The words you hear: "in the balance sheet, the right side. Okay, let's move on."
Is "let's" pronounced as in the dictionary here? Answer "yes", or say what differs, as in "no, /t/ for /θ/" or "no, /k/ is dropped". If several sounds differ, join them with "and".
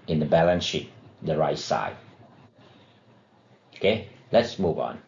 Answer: yes